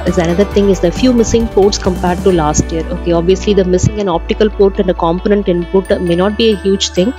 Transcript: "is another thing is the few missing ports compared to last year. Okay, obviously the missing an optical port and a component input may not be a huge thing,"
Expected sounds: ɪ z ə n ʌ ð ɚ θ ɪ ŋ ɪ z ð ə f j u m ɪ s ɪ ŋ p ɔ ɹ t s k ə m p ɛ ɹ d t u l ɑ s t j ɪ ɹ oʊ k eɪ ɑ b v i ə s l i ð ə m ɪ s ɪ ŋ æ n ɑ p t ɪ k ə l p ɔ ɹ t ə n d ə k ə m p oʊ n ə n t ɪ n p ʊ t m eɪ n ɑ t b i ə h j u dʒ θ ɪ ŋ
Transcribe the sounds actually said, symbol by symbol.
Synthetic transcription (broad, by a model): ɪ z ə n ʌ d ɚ t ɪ ŋ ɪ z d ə f j u m ɪ s ɪ ŋ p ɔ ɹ t s k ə m p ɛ ɹ d t u l ɑ s t j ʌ ɹ oʊ k eɪ ɑ b v i ə s l i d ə m ɪ s ɪ ŋ æ n ɑ p t ɪ k ə l p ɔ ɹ t ə n d ə k ə m p oʊ n ə n t ɪ n p ʊ t m eɪ n ɑ t b i ə h j u dʒ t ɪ ŋ